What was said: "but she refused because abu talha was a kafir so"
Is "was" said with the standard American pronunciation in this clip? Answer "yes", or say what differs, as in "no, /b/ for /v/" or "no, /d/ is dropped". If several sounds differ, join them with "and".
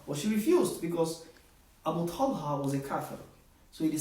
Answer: yes